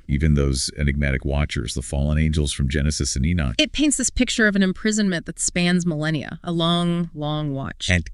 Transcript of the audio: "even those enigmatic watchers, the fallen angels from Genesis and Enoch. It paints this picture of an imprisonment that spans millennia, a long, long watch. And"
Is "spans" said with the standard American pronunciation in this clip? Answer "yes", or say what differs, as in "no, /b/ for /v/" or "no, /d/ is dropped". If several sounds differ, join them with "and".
yes